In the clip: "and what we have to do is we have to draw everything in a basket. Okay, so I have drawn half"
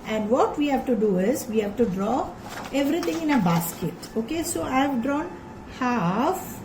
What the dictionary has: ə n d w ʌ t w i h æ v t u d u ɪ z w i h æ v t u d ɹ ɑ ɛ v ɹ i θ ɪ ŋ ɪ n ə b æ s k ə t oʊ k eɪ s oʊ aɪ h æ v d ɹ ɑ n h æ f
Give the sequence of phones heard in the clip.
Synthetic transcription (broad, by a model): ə n d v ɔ t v i h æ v t u d u ɪ z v i h æ v t u d ɹ ɑ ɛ v ɹ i t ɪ ŋ ɪ n ə b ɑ s k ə t oʊ k eɪ s oʊ aɪ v d ɹ ɑ n h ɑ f